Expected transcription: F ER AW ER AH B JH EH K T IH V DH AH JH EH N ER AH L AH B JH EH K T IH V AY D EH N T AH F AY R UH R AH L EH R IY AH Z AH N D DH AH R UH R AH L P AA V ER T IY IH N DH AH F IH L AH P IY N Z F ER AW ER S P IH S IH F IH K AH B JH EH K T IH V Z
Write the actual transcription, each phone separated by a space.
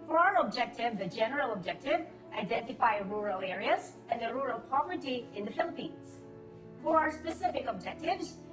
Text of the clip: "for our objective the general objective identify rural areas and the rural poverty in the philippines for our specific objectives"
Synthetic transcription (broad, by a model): F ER AW ER AH B JH EH K T IH V DH AH JH EH N ER AH L AH B JH EH K T IH V AY D EH N T AH F AY R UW R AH L EH R IY AH Z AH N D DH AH R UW R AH L P AA V ER T IY IH N DH AH F IH L AH P IY N Z F ER AW ER S P IH S IH F IH K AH B JH EH K T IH V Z